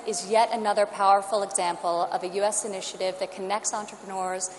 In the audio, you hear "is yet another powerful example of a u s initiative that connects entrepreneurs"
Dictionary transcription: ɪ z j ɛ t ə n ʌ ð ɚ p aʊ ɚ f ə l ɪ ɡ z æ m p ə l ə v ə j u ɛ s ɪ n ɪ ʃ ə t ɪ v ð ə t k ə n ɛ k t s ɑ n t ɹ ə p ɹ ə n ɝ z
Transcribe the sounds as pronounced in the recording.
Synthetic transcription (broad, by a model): ɪ z j ɛ t ə n ʌ ð ɚ p aʊ ɚ f l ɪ ɡ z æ m p l ə v ə j u ɛ s ɪ n ɪ ʃ ə t ɪ v ð ə t k ə n ɛ k t s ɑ n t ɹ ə p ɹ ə n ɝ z